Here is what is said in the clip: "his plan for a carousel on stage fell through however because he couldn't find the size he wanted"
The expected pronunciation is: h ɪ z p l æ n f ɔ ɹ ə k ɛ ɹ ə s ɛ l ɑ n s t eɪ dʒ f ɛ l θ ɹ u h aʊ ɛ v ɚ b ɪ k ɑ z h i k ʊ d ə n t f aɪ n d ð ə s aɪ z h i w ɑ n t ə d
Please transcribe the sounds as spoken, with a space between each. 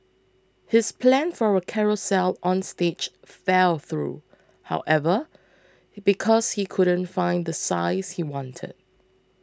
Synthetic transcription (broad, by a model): h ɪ s p l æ n f ɔ ɹ ə k ɛ ɹ ə s ɛ l ɑ n s t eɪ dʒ f ɛ l θ ɹ u h aʊ ɛ v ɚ b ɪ k ɑ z h i k ʊ d ə n t f aɪ n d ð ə s aɪ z h i w ɑ n t ə d